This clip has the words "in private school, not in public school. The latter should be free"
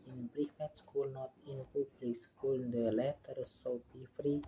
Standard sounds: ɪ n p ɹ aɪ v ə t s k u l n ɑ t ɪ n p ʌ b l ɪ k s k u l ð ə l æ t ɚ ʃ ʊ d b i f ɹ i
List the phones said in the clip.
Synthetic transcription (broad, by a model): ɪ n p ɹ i f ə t s k u l n ɑ t ɪ n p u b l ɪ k s k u l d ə l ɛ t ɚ s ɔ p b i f ɹ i